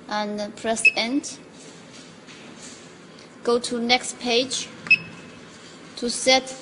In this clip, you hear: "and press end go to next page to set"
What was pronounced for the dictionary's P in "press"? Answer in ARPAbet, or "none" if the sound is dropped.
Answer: P